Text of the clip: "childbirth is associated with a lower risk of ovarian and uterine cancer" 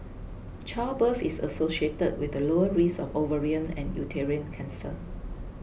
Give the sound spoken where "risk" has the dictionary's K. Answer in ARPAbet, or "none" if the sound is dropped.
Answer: none